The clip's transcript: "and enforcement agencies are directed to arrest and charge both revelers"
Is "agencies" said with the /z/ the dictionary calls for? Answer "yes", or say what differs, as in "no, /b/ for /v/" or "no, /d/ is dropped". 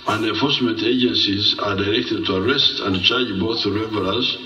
yes